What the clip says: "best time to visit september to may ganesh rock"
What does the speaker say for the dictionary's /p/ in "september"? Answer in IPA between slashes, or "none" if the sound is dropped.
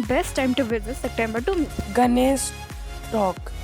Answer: /p/